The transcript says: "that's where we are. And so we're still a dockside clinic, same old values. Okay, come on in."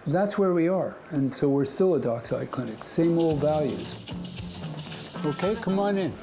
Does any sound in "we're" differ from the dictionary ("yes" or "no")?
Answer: no